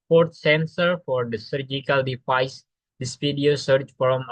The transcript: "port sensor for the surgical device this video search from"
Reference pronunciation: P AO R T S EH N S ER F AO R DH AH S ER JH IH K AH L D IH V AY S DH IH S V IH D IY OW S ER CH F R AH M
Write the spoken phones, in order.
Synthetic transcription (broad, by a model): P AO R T S EH N S ER F AO R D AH S ER JH IH K AH L D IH F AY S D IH S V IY D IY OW S ER CH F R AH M